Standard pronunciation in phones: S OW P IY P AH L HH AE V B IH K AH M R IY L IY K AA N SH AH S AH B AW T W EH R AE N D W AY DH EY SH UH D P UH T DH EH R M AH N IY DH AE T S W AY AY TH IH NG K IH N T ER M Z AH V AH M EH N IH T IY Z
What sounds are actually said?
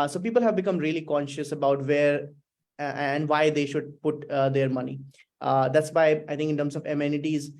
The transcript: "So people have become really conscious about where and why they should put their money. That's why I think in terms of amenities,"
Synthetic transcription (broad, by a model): S OW P IY P AH L HH AE V B IH K AH M R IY L IY K AA N SH AH S AH B AW T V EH R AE N D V AY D EY SH UH D P UH T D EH R M AH N IY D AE T S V AY AY T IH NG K IH N T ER M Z AH V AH M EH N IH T IY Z